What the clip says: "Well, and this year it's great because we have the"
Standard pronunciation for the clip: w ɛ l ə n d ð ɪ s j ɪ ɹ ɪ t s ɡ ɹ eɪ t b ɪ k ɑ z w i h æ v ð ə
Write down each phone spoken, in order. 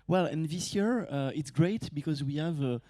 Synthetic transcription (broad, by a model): w ɛ l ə n ð ɪ s j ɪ ɹ ɪ t s ɡ ɹ eɪ t b ɪ k ɑ z w i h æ v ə